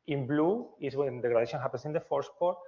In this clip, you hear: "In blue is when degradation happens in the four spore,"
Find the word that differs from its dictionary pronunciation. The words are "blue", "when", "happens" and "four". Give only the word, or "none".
happens